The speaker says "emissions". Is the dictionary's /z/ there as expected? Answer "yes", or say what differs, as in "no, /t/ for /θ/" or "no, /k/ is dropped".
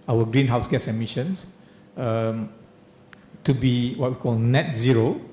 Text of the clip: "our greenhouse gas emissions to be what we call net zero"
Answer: no, /s/ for /z/